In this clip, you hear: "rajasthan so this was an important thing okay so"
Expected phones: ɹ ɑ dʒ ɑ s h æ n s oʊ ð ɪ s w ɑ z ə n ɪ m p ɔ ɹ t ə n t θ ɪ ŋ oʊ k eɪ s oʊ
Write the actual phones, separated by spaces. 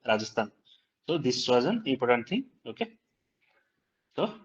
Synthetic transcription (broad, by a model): ɹ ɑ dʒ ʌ s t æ n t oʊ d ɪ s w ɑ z ə n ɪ p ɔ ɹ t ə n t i oʊ k eɪ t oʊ